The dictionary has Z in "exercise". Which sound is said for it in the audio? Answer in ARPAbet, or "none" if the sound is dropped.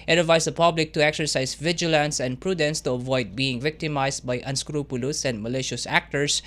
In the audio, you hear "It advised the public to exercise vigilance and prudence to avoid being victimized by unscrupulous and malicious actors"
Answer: S